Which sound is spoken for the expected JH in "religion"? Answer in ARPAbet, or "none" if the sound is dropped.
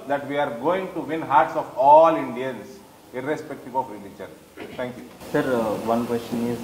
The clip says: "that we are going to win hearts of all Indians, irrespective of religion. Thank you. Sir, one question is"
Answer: CH